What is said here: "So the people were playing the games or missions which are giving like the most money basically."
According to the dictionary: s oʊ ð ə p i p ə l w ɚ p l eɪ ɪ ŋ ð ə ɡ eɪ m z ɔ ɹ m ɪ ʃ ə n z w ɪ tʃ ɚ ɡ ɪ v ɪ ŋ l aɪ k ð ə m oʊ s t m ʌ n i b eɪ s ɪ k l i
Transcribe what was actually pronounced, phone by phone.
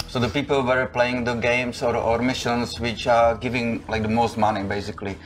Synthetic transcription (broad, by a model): s oʊ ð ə p i p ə l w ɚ p l eɪ ɪ ŋ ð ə ɡ eɪ m s ɔ ɹ m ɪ ʃ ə n s w ɪ tʃ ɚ ɡ ɪ v ɪ ŋ l aɪ k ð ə m oʊ s t m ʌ n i b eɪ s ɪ k l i